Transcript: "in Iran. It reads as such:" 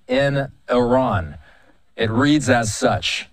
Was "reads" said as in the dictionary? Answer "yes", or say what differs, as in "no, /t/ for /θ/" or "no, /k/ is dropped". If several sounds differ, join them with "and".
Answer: yes